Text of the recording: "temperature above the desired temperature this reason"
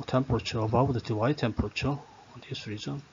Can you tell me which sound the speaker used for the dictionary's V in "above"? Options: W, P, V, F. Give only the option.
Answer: W